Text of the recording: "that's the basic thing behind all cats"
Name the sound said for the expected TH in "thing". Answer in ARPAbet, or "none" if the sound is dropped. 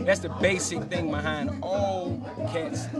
TH